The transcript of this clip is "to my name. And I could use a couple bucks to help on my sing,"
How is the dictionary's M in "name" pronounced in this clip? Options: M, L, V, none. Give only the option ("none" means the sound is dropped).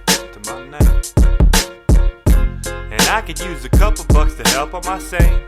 none